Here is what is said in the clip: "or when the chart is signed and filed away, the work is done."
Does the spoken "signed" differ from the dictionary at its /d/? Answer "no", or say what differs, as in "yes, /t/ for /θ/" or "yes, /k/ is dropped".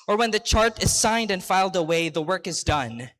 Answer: no